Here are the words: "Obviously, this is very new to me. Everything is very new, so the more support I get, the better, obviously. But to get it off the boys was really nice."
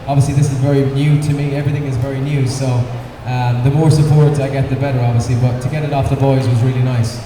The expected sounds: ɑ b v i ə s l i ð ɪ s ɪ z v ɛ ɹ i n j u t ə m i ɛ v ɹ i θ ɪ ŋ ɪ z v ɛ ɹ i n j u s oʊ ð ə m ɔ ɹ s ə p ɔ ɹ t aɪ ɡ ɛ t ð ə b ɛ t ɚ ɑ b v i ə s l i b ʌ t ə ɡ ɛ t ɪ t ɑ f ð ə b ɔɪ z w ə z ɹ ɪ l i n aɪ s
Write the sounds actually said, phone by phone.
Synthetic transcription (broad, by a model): ɑ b v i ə s l i ð ɪ s ɪ z v ɛ ɹ i n j u t ə m i ɛ v ɹ i θ ɪ ŋ ɪ z v ɛ ɹ i n j u s oʊ ð ə m ɔ ɹ s ə p ɔ ɹ t aɪ ɡ ɛ t ð ə b ɛ t ɚ ɑ b v i ə s l i b ʌ t ə ɡ ɛ t ɪ t ɑ f ð ə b ɔɪ z w ə z ɹ ɪ l i n aɪ s